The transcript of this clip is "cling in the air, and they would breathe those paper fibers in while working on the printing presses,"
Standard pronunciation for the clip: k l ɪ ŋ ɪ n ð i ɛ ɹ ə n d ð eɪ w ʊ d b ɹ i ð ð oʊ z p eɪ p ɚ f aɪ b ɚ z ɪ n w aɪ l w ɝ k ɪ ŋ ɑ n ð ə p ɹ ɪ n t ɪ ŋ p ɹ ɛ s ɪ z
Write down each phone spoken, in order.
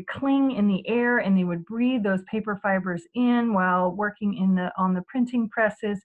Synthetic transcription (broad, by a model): k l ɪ ŋ ɪ n ð i ɛ ɹ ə n ð eɪ w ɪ d b ɹ i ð ð oʊ z p eɪ p ɚ f aɪ b ɚ z ɪ n w aɪ l w ɝ k ɪ ŋ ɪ n ð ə p ɹ ɪ n t ɪ ŋ p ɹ ɛ s ɪ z